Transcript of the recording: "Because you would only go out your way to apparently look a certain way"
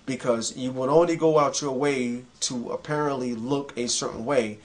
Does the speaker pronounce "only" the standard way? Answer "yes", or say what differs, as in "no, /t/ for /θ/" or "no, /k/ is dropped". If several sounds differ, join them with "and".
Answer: yes